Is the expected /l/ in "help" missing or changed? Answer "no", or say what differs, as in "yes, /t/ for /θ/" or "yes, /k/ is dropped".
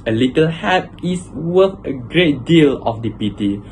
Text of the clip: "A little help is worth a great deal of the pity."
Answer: yes, /l/ is dropped